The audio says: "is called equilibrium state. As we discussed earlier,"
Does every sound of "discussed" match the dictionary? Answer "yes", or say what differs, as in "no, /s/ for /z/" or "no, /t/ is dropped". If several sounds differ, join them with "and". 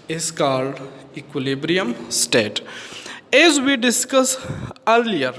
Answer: no, /t/ is dropped